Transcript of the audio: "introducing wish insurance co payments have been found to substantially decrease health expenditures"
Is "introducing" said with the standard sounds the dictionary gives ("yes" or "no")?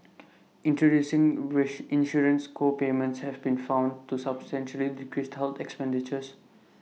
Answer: yes